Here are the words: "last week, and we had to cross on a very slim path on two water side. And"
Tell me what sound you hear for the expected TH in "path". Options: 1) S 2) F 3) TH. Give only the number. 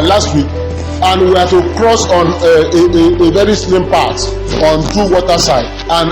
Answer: 1